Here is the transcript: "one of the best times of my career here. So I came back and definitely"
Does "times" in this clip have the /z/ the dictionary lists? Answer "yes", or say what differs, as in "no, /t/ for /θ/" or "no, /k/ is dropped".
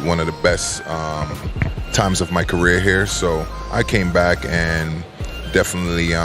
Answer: yes